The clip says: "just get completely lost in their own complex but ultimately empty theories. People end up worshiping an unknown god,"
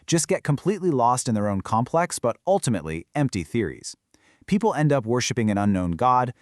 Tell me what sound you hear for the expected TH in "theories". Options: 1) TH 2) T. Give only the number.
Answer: 1